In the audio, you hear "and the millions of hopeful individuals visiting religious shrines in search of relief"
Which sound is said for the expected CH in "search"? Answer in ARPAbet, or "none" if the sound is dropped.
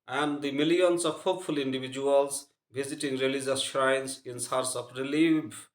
S